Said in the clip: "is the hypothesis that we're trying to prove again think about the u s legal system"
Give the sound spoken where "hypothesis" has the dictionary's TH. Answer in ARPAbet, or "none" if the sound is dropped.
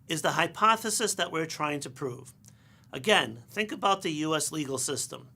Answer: TH